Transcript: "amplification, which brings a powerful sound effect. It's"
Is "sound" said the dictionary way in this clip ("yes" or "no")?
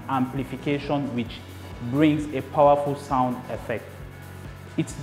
yes